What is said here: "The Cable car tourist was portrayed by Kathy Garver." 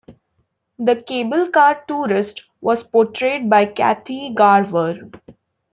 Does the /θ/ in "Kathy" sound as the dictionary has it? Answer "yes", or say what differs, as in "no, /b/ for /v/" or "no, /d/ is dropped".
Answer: no, /t/ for /θ/